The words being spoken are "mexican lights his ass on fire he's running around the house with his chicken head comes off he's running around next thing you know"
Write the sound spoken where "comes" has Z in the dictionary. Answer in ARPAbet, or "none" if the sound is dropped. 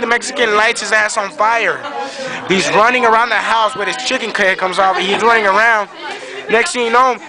Z